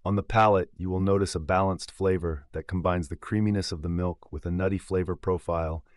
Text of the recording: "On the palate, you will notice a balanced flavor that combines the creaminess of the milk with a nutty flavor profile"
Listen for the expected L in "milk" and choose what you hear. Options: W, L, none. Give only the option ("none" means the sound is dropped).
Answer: L